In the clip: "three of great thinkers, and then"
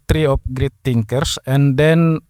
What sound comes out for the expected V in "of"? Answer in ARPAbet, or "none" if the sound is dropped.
P